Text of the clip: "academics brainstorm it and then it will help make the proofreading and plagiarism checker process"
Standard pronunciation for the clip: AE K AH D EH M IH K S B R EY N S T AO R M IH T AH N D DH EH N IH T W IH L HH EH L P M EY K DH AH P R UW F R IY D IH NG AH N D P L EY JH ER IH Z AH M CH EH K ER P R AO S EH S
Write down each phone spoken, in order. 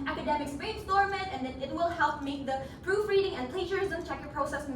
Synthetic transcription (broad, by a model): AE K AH D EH M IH K S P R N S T AO R M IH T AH N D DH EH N IH T W IH L HH EH L P M EY K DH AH P R UW F R IY D IH NG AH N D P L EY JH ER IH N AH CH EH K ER P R AO S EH S